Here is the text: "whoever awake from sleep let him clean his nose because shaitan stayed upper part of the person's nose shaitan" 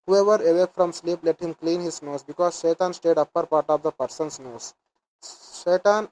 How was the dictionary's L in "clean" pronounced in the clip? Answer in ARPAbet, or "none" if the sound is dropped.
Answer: L